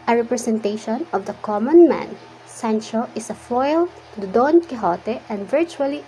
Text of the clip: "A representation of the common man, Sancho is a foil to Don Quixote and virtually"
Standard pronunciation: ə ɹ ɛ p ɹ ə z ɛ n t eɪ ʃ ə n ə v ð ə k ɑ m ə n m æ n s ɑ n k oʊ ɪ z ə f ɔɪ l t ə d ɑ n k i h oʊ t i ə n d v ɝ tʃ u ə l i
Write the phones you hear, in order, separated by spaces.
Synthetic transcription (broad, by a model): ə ɹ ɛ p ɹ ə s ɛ n t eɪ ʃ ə n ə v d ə k ɑ m ə n m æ n s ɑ n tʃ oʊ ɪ s ə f ɔɪ l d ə d ɑ n k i h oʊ t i ə n d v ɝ tʃ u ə l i